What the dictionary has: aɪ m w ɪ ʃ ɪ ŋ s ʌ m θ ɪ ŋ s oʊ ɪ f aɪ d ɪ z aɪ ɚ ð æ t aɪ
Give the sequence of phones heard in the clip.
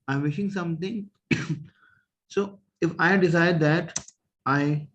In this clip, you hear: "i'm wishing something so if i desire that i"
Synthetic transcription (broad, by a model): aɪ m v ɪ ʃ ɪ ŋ s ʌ m t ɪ ŋ s oʊ ɪ f aɪ d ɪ s aɪ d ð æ t aɪ